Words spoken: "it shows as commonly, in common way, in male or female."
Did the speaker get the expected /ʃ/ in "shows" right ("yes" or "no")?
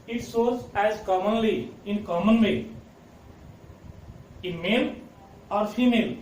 no